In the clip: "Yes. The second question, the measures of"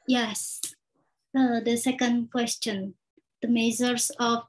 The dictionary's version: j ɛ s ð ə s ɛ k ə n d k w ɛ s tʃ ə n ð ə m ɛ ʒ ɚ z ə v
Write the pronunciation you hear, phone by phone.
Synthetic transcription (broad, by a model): j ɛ s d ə s ɛ k ə n d k w ɛ s tʃ ə n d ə m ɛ z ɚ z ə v